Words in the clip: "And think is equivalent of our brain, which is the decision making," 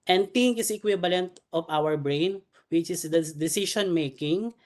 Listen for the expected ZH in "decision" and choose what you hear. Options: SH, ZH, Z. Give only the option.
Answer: SH